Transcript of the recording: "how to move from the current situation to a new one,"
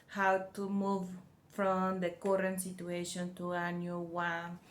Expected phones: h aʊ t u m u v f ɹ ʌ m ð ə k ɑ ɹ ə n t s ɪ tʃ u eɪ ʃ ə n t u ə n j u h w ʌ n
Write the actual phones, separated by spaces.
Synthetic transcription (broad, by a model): h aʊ t u m u v f ɹ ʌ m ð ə k ɑ ɹ ə n t s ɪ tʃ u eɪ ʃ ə n t u ə n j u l w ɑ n